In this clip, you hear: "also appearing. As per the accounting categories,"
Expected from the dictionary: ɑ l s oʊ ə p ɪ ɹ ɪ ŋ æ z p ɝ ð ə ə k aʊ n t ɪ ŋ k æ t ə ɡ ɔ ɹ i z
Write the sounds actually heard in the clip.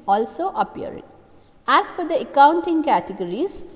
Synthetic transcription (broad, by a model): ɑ l s oʊ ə p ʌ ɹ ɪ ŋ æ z f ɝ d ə ə k aʊ n t ɪ ŋ k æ t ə ɡ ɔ ɹ i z